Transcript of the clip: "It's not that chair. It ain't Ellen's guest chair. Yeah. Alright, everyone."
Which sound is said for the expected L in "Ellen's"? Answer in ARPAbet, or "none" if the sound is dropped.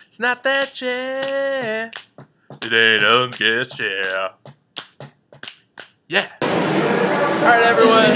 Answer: none